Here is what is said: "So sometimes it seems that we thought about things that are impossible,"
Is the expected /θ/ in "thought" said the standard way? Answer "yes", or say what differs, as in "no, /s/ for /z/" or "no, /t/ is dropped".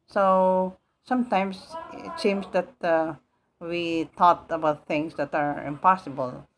no, /t/ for /θ/